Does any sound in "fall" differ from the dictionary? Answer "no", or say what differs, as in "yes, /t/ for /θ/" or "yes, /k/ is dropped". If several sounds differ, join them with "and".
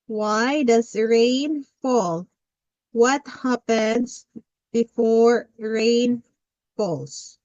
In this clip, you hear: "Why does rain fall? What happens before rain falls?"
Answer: no